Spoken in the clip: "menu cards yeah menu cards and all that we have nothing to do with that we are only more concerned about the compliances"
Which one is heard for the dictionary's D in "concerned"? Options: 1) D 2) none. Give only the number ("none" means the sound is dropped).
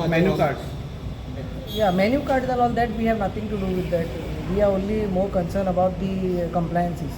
2